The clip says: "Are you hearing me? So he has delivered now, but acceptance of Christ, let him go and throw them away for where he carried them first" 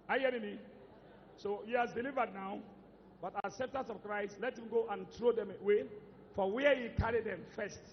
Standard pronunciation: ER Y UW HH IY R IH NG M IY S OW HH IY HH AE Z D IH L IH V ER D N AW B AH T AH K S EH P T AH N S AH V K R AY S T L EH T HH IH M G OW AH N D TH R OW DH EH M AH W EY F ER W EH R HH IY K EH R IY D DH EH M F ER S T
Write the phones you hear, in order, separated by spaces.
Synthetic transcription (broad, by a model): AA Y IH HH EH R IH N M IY S OW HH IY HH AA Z D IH L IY V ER D N AW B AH T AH S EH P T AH S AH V K R AY S T L EH T HH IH M G OW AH N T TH R OW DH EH M AH W EY F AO W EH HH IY K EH R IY D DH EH M F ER S T